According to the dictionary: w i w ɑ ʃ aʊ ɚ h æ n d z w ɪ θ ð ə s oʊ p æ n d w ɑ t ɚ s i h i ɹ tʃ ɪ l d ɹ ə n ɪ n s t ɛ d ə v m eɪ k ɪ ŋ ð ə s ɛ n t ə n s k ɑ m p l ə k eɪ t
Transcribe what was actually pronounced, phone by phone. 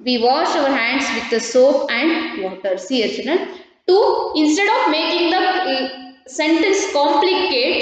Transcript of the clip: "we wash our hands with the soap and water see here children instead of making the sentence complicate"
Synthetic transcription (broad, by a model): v i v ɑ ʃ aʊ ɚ h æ n d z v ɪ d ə s oʊ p æ n d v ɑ t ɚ s i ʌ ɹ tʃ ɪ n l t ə ɪ n s t ɛ d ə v m eɪ k ɪ ŋ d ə s ɛ n t ə n s k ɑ m p l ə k eɪ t